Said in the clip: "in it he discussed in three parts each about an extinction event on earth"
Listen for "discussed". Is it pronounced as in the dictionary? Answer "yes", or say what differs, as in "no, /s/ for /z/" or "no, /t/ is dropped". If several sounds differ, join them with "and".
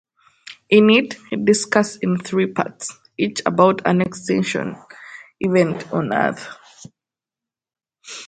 no, /t/ is dropped